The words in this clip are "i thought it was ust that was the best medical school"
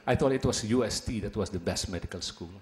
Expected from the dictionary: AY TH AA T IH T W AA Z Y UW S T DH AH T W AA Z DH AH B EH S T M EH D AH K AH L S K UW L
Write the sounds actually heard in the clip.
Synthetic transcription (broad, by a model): AY T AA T IH T W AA S Y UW S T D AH T W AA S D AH B EH S T M EH D AH K AH L S K UW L